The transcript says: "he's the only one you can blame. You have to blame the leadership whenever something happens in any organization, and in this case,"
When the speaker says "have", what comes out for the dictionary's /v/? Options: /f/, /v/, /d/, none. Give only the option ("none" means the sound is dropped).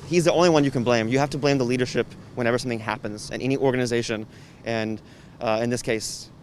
/f/